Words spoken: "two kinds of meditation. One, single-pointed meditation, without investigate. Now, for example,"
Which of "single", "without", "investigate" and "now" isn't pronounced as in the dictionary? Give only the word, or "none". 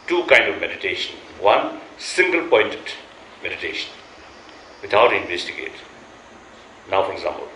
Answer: without